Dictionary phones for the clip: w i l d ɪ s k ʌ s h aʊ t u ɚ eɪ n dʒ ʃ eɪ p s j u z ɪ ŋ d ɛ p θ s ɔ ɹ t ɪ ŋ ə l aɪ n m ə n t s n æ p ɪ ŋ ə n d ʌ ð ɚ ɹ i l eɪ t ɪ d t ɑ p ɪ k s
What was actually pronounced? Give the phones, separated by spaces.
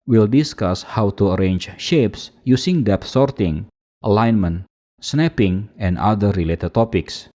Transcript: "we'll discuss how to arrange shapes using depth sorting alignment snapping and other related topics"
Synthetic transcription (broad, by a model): w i l d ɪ s k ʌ s h aʊ t u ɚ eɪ n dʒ ʃ eɪ p s j u s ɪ ŋ d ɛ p s ɔ ɹ t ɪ ŋ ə l aɪ n m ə n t s n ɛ p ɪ ŋ ə n d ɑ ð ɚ ɹ i l eɪ t ɪ d t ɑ p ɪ k s